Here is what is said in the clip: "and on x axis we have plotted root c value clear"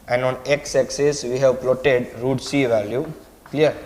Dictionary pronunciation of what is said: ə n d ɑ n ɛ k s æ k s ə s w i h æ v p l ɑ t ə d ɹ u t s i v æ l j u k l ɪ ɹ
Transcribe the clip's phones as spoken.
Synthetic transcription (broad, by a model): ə n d ɑ n ɛ k s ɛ k s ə s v i h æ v p l ɑ t ə d ɹ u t s i v æ l j u k l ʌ ɹ